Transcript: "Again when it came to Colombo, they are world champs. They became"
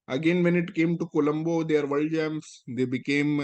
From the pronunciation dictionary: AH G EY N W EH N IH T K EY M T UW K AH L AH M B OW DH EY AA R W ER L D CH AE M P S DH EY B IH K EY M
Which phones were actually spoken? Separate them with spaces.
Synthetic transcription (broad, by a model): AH G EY N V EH N IH T K EY M T UW K AH L AH M B OW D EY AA R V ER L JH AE M S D EY B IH K EY M